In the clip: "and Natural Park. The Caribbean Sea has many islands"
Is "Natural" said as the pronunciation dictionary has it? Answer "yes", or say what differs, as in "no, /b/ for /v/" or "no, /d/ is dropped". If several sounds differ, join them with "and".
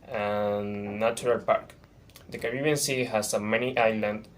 no, /tʃ/ is dropped